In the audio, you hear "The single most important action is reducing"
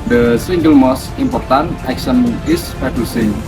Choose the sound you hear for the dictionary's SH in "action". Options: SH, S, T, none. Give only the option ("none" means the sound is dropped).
S